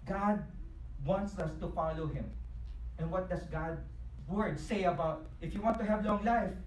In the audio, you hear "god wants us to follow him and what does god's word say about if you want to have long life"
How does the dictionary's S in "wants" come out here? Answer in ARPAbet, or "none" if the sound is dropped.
S